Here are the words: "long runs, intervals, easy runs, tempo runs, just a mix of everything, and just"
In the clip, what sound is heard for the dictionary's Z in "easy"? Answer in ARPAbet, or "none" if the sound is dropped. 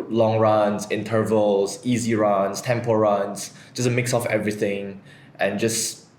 Z